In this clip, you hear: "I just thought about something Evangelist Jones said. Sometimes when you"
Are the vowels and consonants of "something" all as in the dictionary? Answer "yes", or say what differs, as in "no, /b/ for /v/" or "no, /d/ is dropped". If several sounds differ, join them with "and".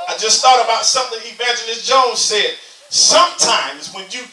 yes